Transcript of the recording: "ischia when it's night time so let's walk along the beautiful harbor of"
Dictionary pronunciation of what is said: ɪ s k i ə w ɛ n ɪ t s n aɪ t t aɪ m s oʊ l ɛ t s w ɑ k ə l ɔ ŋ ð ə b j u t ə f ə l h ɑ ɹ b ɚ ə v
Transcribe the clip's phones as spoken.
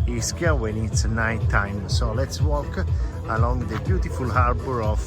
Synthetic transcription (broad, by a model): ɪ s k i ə w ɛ l ɪ t s n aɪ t t aɪ m s oʊ l ɛ t s w ɑ k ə l ɔ ŋ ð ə b j u t ə f ə l h ɑ ɹ b ɚ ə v